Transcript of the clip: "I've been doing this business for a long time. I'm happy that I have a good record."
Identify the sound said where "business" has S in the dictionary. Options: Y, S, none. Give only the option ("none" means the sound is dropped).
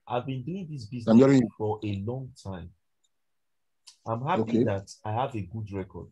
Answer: none